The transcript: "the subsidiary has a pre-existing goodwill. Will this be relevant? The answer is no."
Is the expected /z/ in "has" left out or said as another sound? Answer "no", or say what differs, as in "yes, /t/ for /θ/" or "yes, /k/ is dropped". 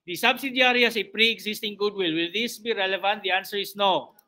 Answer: yes, /s/ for /z/